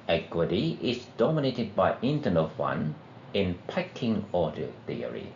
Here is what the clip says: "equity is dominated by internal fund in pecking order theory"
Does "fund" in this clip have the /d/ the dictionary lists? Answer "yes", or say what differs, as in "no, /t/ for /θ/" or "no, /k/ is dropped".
no, /d/ is dropped